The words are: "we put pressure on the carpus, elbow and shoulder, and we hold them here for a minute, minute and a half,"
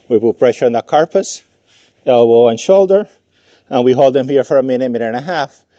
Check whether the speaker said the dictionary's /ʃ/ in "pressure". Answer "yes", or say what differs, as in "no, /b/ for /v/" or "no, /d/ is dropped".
yes